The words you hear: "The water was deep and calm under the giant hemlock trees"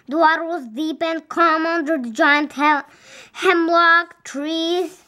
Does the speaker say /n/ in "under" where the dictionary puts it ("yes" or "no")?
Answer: yes